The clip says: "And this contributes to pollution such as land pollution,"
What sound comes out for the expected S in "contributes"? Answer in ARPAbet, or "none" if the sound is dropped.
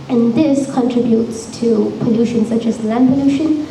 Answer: S